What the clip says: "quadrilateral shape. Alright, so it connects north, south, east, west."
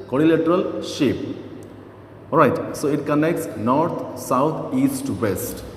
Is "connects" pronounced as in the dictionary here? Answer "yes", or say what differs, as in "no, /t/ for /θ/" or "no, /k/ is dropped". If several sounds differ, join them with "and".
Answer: yes